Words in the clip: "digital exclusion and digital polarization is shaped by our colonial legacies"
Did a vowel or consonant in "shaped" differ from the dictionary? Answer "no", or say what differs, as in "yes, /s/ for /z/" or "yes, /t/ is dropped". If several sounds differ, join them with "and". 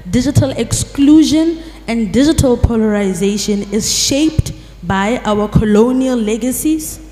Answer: no